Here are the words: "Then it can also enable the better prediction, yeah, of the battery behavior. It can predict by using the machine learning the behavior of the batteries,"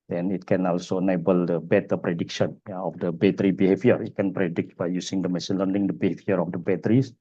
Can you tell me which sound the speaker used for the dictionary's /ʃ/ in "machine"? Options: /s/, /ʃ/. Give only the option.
/s/